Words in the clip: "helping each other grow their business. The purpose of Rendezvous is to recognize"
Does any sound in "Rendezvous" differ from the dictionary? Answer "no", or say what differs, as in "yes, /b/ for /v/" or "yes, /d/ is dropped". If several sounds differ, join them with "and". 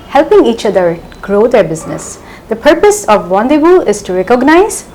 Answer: yes, /w/ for /ɹ/